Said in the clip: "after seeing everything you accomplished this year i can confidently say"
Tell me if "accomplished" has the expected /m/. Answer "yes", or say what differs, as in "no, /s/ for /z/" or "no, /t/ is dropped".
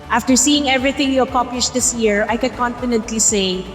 no, /m/ is dropped